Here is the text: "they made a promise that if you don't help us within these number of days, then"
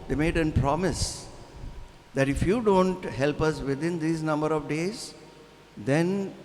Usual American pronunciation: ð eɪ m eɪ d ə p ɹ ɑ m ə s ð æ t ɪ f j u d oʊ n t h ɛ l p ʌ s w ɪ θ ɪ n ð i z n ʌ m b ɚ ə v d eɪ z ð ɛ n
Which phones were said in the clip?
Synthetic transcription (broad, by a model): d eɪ m eɪ d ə p ɹ ɑ m ə s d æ t ɪ f j u d oʊ n t h ɛ l p ʌ s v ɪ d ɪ n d i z n ʌ m b ɚ ə v d eɪ z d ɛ n